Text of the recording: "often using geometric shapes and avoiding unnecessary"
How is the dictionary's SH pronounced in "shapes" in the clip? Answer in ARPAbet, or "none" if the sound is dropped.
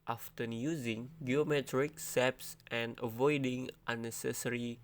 S